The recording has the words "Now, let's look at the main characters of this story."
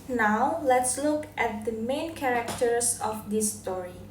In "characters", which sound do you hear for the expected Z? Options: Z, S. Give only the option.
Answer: S